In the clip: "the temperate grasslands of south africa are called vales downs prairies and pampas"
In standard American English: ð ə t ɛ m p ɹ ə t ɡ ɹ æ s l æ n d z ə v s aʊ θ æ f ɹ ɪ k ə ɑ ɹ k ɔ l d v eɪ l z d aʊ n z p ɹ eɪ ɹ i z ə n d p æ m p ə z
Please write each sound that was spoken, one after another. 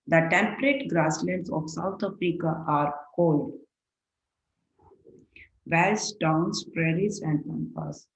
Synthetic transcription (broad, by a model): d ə t ɛ m p ɹ ə t ɡ ɹ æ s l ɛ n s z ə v s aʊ t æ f ɹ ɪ k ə ɑ ɹ k ɔ l d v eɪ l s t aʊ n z p ɹ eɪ ɹ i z ə n d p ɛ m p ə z